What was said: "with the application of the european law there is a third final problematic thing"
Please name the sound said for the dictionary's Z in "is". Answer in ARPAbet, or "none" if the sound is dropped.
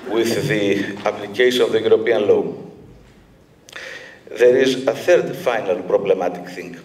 Z